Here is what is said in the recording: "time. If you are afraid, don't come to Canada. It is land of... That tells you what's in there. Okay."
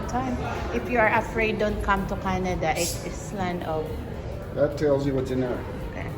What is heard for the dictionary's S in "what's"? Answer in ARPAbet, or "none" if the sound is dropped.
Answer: none